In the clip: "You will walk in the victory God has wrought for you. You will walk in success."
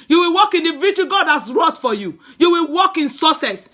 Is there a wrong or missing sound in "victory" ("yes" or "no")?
yes